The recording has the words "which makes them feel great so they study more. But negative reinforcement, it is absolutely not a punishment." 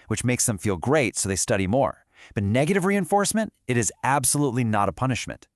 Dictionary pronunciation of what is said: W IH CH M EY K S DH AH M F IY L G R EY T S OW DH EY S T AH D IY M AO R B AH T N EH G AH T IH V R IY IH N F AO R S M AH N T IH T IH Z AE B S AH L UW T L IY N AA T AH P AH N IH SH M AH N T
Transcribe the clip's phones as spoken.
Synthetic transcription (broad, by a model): W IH CH M EY K S DH AH M F IY L G R EY T S OW DH EY S T AH D IY M AO R B AH T N EH G AH T IH V R IY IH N F AO R S M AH N T IH T IH Z AE B S AH L UW T L IY N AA T AH P AH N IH SH M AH N T